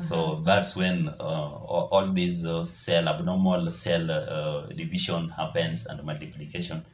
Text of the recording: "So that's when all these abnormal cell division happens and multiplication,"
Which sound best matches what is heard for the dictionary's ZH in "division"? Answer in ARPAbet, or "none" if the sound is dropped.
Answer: SH